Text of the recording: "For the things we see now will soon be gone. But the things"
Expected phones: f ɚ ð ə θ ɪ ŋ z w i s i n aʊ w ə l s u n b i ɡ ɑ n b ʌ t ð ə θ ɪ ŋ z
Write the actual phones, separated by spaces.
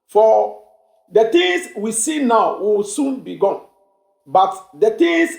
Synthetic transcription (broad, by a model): f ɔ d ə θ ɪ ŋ s w i s i n aʊ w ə w s u n b i ɡ ɑ n b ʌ t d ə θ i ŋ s